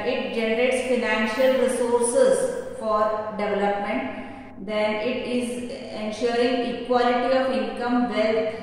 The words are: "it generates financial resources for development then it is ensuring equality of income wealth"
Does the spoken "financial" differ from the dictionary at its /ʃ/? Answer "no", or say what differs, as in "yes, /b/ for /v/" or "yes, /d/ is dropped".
no